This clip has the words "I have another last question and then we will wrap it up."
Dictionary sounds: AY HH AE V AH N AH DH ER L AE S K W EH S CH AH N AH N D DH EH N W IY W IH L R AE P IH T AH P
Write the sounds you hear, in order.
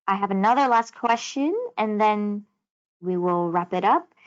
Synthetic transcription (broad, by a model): AY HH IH V AH N AH DH ER L AE S K W EH S CH AH N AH N DH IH N W IY W IH L R AE P IH T AH P